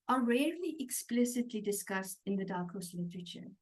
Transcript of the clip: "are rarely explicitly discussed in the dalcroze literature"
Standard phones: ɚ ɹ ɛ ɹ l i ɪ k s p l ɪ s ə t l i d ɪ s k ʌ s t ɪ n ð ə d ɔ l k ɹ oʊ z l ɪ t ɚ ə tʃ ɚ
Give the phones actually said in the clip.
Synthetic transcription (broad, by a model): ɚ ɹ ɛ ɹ l i ɪ k s p l ɪ s ə t l i d ɪ s k ʌ s t ɪ n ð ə d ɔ k oʊ s l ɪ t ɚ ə tʃ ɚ